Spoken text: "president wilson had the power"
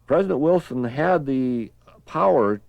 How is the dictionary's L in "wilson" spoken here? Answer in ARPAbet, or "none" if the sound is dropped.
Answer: L